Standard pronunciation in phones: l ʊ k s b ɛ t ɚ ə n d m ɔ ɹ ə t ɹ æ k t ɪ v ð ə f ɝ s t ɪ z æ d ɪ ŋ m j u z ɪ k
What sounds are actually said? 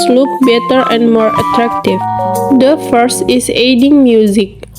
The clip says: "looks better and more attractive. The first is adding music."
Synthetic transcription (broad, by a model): l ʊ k b ɛ t ɚ ə n d m ɔ ɹ ə t ɹ æ k t ɪ v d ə f ɝ s t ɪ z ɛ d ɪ ŋ m j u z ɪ k